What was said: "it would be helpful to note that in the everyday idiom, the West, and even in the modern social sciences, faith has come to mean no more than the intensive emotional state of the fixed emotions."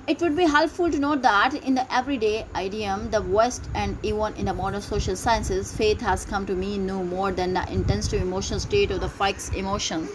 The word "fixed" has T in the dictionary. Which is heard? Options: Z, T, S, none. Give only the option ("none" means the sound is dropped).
none